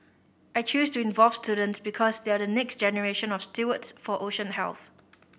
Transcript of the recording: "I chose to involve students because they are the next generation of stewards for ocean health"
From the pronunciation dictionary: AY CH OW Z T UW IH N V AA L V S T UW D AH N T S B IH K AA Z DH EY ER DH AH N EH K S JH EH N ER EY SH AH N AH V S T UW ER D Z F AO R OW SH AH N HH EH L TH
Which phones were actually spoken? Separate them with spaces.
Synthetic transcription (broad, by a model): AY CH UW S T UW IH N V AA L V S T UW D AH N T S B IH K AA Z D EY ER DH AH N EH K S JH EH N ER EY SH AH N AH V S T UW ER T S F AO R OW SH AH N HH EH L TH